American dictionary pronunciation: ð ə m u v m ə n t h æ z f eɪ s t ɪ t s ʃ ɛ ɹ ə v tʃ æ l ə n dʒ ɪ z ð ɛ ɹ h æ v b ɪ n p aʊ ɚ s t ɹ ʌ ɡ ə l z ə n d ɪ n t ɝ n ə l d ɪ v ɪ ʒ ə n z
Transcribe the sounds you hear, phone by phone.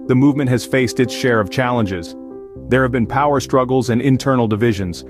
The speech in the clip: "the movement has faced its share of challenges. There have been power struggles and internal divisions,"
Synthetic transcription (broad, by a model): ð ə m u v m ə n t h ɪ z f eɪ s t ɪ t s ʃ ɛ ɹ ə v tʃ æ l ə n dʒ ɪ z ð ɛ ɹ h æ v b ɪ n p aʊ ɚ s t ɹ ʌ ɡ l z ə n ɪ n t ɝ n l d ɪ v ɪ ʒ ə n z